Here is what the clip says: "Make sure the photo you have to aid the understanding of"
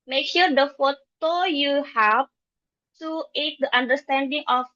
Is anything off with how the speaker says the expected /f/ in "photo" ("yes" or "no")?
no